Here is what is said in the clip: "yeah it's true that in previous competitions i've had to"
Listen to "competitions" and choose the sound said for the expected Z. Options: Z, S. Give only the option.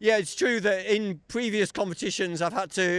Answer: Z